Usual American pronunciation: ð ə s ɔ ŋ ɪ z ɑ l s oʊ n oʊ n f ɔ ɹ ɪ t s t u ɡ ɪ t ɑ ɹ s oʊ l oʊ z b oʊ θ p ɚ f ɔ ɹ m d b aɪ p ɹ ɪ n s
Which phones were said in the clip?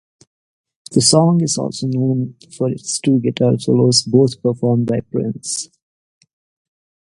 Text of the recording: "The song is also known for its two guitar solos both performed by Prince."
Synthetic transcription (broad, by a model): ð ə s ɔ ŋ ɪ z ɑ l s oʊ n oʊ n f ɔ ɹ ɪ t s t u ɡ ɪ t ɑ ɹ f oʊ l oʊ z b oʊ t p ɚ f ɔ ɹ m d b aɪ p ɹ ɪ n s